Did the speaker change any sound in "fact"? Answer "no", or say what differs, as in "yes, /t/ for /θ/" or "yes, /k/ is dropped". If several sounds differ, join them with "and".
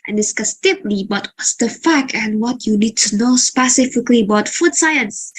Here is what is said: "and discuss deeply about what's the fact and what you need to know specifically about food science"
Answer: yes, /t/ is dropped